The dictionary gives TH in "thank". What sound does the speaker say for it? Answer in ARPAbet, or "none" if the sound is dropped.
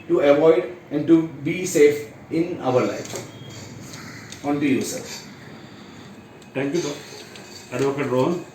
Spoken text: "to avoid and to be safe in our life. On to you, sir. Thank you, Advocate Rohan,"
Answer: T